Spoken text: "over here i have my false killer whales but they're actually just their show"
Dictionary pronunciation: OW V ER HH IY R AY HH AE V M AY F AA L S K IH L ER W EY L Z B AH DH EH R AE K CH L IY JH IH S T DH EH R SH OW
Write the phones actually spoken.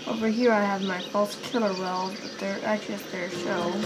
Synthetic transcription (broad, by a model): OW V ER HH IY R AY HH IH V M AY F AA L S K IH L ER W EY L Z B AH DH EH R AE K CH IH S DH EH R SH OW